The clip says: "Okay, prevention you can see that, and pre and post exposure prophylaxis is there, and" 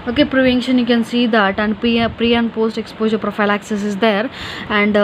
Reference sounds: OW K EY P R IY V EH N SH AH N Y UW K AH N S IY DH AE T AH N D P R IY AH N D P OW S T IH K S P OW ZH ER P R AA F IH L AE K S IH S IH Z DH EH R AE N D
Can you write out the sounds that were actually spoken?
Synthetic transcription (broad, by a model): OW K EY P R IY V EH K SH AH N Y UW K AH N S IY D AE T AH N D P R IY AH N D P OW S T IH K S P OW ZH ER P R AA F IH L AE K S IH S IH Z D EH R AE N D